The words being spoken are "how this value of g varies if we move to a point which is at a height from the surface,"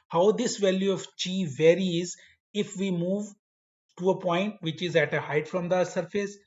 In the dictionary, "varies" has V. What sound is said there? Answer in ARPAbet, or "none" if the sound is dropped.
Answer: V